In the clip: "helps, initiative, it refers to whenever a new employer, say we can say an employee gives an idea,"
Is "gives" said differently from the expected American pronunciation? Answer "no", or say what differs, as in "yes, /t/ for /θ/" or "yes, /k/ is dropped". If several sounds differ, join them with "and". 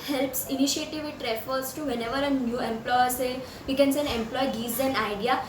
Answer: yes, /v/ is dropped